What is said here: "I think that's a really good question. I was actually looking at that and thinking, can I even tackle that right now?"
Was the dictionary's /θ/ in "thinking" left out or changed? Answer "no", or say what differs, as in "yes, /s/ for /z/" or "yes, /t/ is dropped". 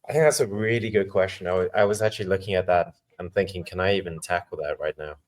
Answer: no